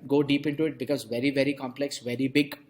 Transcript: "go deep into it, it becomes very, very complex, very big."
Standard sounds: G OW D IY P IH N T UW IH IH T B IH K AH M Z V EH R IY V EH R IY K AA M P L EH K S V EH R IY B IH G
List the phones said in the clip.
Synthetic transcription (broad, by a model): G OW D IY P IH N T UW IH IH T B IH K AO Z V EH R IY V EH R IY K AA M P L EH K S V EH R IY B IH G